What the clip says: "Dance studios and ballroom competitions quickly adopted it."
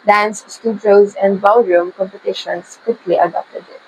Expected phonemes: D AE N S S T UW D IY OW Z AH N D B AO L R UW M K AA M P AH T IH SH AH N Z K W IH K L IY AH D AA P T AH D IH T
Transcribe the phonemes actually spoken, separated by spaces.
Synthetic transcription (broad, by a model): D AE N S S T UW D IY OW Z AH N D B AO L R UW M K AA M P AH T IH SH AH N S K W IH K L IY AH D AA P T AH D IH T